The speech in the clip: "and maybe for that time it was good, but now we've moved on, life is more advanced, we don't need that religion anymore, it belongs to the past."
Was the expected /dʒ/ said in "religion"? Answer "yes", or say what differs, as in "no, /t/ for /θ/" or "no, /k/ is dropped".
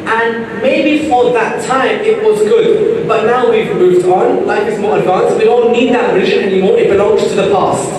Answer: no, /ʒ/ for /dʒ/